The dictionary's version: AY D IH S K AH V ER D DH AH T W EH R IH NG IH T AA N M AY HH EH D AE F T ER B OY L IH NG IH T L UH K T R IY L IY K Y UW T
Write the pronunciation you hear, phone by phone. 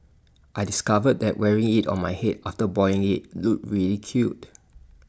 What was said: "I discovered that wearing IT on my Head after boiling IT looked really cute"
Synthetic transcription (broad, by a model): AY D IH S K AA V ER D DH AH T W EH R IH NG IH T AA N M AY HH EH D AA F T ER B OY IH NG IH T L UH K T R IY L IY K Y UW T